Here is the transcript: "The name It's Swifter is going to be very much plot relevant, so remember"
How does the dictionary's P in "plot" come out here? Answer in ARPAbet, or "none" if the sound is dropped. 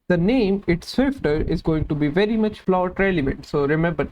F